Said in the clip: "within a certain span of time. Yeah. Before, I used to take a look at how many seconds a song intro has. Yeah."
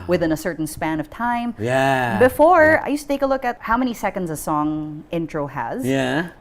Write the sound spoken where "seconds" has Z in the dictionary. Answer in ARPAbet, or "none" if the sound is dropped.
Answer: Z